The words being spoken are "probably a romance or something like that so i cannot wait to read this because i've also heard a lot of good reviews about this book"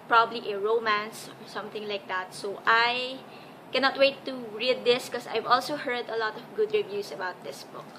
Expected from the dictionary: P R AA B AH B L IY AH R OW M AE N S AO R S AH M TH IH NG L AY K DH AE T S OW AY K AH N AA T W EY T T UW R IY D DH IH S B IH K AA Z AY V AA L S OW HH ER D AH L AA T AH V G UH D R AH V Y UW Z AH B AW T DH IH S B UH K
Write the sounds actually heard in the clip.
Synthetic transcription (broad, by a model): P R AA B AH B L IY AH R OW M AE N S AO R S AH M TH IH NG L AY K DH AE T S OW AY K AH N AA T W EY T T UW R IY D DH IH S K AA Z AY V AA L S OW HH ER D AH L AA T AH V G UH D R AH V Y UW S AH B AW T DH IH S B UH K